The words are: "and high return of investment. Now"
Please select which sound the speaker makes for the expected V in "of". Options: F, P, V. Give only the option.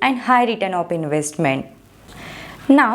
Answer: P